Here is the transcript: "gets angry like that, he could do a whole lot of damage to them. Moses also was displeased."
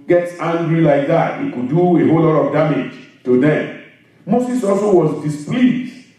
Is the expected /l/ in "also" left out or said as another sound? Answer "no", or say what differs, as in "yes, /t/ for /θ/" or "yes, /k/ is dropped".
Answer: no